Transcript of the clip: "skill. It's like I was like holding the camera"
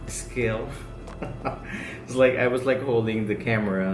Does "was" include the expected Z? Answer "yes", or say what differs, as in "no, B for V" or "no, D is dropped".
yes